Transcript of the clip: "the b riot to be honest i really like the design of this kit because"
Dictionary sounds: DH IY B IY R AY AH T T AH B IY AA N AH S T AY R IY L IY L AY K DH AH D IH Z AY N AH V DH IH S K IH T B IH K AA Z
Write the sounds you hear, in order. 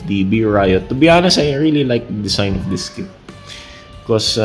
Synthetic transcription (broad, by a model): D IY B IY R AY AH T T AH B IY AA N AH S AY R IY L IY L AY K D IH S AY N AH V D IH S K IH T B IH K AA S